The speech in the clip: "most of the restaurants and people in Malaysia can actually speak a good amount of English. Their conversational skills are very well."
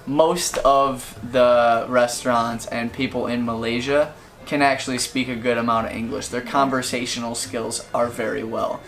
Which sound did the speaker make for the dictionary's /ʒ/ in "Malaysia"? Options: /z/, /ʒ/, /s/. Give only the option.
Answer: /ʒ/